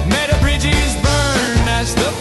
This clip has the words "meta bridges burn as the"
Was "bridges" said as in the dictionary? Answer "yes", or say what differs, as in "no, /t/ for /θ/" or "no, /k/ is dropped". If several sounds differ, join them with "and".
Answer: yes